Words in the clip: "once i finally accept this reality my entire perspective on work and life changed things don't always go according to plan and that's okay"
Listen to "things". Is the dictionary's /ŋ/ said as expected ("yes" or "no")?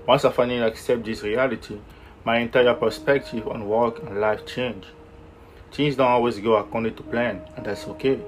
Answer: no